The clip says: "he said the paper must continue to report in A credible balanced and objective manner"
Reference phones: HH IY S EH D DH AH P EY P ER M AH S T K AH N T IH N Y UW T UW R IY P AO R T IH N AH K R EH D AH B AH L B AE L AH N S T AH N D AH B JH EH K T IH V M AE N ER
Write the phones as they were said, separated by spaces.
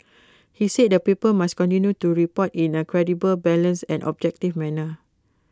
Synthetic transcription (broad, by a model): HH IY S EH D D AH P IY P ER M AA S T K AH N T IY N Y UW T UW R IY P AO T IH N AH K R EH D AH B AH L B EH L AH N S AH N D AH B JH EH K T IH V M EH N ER